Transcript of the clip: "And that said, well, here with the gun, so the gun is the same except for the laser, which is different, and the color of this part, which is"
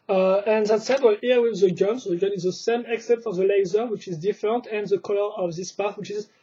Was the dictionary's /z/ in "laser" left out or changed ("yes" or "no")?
no